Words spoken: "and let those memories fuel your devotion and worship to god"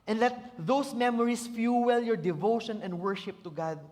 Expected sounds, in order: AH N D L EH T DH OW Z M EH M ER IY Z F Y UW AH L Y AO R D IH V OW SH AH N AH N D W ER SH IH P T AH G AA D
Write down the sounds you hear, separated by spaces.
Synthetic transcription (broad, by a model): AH N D L EH T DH OW S M EH M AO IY S F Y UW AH L Y AO R D IH V OW SH AH N AH N D W ER SH IH P T AH G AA D